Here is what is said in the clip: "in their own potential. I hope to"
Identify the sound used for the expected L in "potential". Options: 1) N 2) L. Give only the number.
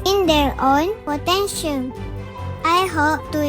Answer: 1